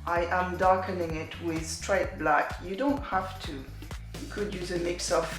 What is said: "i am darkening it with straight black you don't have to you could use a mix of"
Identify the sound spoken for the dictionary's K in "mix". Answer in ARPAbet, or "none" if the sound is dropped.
K